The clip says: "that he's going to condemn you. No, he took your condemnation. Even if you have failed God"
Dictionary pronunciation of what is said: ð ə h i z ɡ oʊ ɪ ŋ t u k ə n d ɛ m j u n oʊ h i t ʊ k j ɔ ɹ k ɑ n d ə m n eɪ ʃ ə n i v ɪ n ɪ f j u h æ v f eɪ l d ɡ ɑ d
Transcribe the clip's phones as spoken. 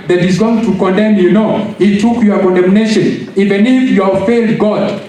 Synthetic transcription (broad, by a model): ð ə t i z ɡ oʊ ɪ ŋ t u k ə n d ɛ m j u n oʊ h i t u k j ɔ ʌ k ɑ n d ə m n eɪ ʃ ə n i v ɪ n ɪ f j u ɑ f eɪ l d ɡ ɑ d